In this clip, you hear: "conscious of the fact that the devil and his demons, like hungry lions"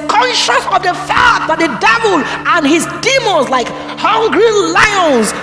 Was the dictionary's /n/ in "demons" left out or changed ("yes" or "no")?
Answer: yes